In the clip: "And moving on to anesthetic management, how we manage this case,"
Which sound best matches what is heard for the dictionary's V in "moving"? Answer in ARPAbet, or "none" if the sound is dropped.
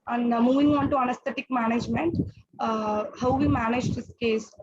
V